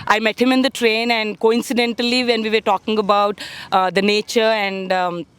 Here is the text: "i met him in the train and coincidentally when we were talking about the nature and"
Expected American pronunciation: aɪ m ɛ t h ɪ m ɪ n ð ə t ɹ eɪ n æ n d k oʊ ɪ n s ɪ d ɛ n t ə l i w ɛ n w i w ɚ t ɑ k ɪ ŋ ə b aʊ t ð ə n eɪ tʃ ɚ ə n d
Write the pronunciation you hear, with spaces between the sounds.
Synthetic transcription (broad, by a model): aɪ m ɛ t h ɪ m ɪ n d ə t ɹ eɪ n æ n d k oʊ ɪ n s ɪ d ɛ n t ə l i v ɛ n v i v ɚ t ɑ k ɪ ŋ ə b aʊ t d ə n eɪ tʃ ɚ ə n d